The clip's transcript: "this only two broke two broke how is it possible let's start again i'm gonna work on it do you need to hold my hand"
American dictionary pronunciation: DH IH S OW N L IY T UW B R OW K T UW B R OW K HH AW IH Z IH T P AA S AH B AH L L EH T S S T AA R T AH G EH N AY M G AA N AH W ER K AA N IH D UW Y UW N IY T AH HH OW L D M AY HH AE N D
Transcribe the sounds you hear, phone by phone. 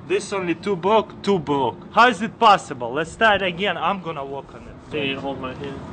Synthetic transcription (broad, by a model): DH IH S OW N L IY T UW B R OW K T UW B R OW K HH AW IH Z IH T P AA S AH B AH L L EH T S S T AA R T AH G EH N AY M G AA N AH W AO K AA N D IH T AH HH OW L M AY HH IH